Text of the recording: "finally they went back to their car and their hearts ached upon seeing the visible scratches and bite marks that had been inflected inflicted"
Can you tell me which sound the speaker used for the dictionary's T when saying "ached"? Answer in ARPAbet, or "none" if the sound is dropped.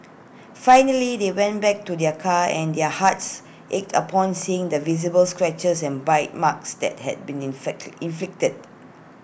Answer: T